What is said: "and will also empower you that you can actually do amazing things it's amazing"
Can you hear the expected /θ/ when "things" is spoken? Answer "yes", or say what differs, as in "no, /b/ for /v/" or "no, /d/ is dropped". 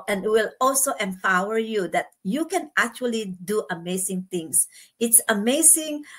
no, /t/ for /θ/